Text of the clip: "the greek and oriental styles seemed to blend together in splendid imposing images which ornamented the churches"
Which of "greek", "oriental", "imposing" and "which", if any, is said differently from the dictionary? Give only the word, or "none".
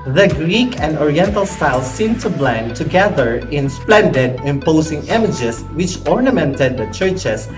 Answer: imposing